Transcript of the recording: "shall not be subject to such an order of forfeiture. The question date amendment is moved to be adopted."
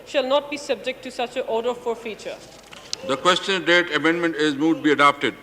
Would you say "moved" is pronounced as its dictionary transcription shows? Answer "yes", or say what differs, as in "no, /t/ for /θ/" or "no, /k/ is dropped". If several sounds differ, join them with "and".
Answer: no, /v/ is dropped